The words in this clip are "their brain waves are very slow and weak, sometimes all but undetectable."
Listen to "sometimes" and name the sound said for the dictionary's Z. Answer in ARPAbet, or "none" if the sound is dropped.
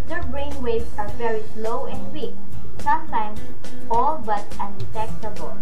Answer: S